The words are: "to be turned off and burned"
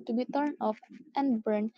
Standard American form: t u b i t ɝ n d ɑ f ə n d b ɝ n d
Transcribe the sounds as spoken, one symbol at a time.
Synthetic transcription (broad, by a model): t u b i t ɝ n ɑ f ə n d b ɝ n